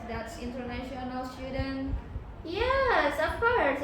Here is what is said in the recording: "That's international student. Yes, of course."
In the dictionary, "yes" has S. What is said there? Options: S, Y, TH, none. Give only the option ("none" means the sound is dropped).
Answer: S